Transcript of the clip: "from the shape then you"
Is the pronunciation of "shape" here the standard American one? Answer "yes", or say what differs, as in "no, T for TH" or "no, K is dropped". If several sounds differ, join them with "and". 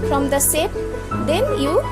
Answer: no, S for SH